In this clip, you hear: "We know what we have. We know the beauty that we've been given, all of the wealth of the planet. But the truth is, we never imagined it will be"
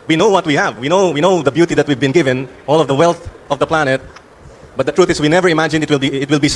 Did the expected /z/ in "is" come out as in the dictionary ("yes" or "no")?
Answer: no